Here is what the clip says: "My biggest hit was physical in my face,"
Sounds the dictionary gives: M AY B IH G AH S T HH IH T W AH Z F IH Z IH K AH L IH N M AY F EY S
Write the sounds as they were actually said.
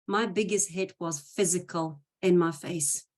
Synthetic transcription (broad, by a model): M AY B IH G AH S T HH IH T W AH Z F IH Z IH K AH L IH N M AY F EY S